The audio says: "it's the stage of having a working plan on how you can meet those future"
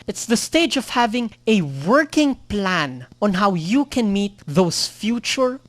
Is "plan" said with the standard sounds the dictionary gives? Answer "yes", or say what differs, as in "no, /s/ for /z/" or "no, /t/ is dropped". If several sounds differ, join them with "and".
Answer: yes